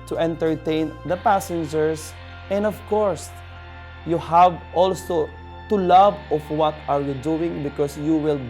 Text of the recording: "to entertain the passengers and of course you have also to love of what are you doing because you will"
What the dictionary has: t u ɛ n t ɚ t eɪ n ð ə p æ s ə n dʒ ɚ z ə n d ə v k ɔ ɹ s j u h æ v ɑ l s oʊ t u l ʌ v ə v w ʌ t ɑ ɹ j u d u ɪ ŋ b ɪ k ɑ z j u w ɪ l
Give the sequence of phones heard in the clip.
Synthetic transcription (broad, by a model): t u ɛ n t ɚ t eɪ n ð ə p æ s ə n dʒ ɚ s ə n d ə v k ɔ ɹ s j u h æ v ɑ l s oʊ t u l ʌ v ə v w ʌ t ɑ ɹ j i d u ɪ ŋ b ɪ k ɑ s j u w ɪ l